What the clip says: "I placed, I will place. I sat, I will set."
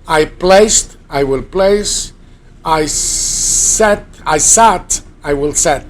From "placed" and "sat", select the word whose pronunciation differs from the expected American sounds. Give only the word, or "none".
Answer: none